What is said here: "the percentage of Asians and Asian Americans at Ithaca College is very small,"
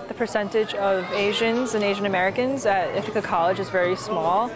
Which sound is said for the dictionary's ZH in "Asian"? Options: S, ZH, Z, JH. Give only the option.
ZH